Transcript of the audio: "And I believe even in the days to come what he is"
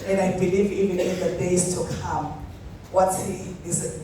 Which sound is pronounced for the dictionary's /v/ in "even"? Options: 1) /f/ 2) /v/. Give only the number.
2